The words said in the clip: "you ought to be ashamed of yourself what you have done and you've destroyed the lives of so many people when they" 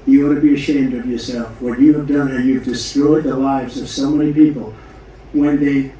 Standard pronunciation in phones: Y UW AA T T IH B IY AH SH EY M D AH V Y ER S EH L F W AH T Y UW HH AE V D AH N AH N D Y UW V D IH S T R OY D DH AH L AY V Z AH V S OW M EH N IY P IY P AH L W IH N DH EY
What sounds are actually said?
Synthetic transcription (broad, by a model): Y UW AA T T IH B IY AH SH EY M D AH V Y ER S EH L F W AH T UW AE V D AH N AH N Y UW V D IH S T R OY D DH AH L AY V Z AH V S OW M EH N IY P IY P L W IH N DH EY